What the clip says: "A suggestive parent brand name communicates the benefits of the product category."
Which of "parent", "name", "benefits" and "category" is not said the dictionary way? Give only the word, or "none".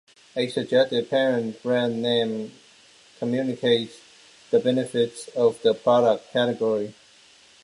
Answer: none